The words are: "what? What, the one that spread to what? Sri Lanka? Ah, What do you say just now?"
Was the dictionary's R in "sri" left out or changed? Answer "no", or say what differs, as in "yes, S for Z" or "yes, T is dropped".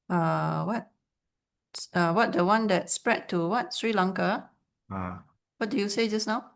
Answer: no